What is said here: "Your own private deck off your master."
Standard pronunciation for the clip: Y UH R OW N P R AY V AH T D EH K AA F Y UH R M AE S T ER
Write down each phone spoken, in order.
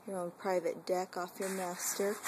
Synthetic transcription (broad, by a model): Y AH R OW N P R AY V AH T D EH K AA F Y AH R M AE S T ER